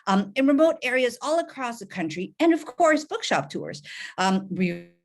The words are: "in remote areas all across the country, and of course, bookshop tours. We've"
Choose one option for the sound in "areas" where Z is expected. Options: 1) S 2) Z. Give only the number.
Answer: 2